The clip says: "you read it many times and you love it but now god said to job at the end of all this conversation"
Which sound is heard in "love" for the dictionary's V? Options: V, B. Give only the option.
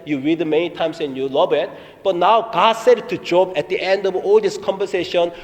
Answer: B